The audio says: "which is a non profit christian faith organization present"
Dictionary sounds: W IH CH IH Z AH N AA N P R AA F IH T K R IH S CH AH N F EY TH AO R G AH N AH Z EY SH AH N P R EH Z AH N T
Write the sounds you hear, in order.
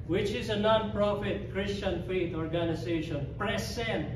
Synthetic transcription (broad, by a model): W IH CH IH Z AH N AA N P R AA F IH T K R IH S CH AH N F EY T AO R G AH N AH Z EY SH AH N P R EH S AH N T